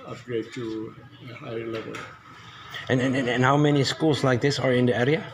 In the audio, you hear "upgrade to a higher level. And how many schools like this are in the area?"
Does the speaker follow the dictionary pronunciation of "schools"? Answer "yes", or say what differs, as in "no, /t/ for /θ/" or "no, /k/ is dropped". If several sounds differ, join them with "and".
no, /s/ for /z/